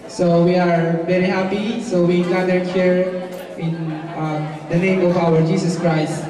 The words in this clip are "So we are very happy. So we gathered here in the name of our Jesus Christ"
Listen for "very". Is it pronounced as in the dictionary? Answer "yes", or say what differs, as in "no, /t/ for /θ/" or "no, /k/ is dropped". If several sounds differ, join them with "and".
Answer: yes